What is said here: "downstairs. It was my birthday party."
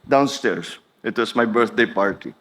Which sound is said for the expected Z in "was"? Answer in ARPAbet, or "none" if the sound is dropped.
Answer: S